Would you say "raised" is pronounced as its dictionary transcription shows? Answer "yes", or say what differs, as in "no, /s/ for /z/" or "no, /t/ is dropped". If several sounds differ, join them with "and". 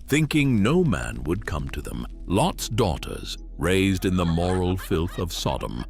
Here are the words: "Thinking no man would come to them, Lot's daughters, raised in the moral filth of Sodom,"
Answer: yes